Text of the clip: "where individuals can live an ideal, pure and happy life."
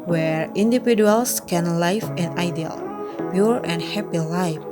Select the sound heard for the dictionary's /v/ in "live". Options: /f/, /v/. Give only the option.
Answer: /f/